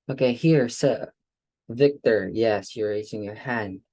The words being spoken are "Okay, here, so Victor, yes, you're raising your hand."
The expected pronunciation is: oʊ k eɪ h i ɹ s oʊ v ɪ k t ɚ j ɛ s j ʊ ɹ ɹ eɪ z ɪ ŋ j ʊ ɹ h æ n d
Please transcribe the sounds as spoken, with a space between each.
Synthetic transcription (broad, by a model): oʊ k eɪ h i ɹ s oʊ v ɪ k t ɚ j ɛ s j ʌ ɹ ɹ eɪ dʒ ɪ ŋ j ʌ ɹ h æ n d